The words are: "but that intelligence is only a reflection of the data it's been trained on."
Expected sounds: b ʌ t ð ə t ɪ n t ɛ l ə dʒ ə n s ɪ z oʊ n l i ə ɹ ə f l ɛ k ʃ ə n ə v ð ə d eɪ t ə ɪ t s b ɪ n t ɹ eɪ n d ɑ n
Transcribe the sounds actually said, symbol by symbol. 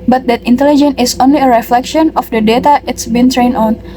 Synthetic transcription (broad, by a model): b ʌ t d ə t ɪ n t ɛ l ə dʒ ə n ɪ s oʊ n l i ə ɹ ə f l ɛ k ʃ ə n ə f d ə d eɪ t ə ɪ t s b ɪ n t ɹ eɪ n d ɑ n